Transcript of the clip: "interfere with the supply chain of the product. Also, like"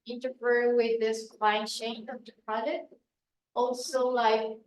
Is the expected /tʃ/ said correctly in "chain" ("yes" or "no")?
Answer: no